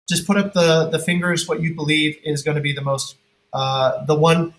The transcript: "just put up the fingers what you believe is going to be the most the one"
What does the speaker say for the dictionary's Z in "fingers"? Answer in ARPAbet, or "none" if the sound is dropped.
Z